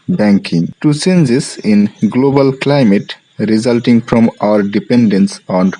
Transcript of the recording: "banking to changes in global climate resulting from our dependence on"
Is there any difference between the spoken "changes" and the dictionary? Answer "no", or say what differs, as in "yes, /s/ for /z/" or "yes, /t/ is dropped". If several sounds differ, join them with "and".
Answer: yes, /s/ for /tʃ/